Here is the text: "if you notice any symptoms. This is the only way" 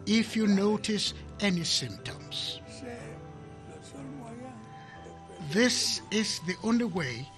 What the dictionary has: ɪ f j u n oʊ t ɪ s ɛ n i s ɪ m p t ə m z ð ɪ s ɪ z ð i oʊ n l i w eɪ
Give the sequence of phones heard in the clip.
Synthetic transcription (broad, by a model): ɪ f j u n oʊ t ɪ s ɛ n i s ɪ m p t ə m z ð ɪ s ɪ z ð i oʊ n l i w eɪ